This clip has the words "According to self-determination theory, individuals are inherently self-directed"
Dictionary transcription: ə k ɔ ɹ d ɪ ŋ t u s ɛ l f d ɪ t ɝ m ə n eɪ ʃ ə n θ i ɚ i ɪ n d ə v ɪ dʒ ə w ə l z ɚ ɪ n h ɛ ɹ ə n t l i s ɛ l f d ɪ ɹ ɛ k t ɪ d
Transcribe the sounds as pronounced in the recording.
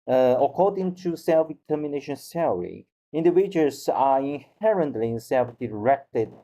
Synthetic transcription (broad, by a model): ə k ɔ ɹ d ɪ ŋ t u s ɛ l f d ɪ t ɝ m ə n eɪ ʃ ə n s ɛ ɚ i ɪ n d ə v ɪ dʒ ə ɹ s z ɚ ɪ n h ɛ ɹ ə n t l i s ɛ l f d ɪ ɹ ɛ k t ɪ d